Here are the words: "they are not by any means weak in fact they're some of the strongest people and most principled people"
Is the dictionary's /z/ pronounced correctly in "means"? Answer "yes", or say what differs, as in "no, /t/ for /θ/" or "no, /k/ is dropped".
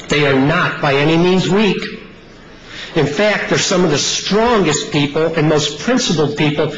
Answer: yes